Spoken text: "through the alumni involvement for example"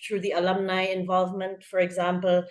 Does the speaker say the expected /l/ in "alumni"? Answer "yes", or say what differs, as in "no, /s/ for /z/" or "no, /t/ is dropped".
yes